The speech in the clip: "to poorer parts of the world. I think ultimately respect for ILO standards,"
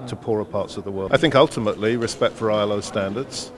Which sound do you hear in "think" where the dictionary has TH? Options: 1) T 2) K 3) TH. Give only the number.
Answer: 3